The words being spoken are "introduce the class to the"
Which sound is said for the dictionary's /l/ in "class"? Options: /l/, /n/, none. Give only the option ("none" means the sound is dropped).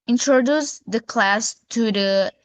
/l/